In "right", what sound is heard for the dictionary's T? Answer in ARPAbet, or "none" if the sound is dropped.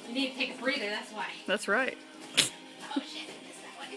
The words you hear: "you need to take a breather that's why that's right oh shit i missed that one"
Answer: T